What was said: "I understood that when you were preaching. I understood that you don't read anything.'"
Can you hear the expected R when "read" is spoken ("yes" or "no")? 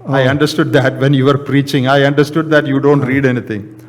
yes